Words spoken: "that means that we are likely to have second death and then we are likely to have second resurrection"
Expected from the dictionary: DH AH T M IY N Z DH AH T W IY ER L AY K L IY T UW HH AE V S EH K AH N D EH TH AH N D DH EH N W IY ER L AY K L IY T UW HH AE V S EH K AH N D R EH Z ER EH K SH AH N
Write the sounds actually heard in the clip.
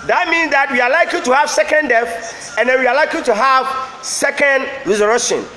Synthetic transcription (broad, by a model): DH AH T M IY N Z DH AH T W IY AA L AY K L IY T UW HH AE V S EH K AH N D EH F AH N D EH N W IY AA L AY K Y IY T UW HH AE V S EH K AH N D R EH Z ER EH K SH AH N